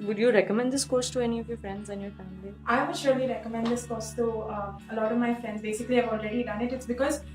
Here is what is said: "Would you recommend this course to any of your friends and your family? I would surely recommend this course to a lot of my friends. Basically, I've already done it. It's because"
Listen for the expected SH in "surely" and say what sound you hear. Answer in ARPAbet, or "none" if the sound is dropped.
SH